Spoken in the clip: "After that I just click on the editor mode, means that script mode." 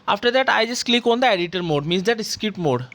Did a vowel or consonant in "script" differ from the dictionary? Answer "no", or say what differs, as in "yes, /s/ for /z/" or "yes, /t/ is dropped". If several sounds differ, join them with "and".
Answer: yes, /ɹ/ is dropped